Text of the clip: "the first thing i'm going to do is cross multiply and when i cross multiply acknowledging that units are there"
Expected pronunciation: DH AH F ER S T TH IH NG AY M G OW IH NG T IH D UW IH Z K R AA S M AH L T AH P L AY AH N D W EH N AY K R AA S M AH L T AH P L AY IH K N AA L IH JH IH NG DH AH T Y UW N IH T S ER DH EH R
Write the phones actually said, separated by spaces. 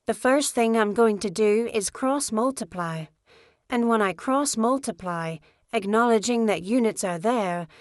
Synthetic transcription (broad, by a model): DH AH F ER S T TH IH NG AY M G OW IH NG T IH D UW IH Z K R AA S M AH L T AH P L AY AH N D W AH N AY K R AA S M AH L T AH P L AY IH K N AA L IH JH IH NG DH AH T Y UW N IH T S ER DH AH R